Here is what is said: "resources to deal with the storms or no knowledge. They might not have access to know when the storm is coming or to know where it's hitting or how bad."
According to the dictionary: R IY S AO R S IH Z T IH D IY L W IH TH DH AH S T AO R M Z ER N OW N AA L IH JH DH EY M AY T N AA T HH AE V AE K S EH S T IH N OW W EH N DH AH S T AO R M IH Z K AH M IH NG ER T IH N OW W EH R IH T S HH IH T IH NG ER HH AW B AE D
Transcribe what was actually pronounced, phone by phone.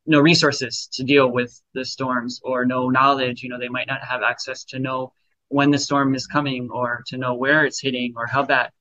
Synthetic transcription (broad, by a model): R IY S AO R S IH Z T IH D IY L W IH DH AH S T AO R M Z ER N OW N AA L IH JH DH EY M AY T N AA T HH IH V AE K S EH S T IH N OW W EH N DH AH S T AO R M IH Z K AH M IH NG ER T IH N OW W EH R IH T S HH IH T IH NG ER HH AW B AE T